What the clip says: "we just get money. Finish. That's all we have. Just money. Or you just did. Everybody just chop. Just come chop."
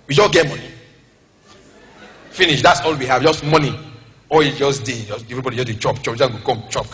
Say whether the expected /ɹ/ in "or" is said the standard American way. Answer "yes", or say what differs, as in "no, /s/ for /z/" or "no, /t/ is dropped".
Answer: no, /l/ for /ɹ/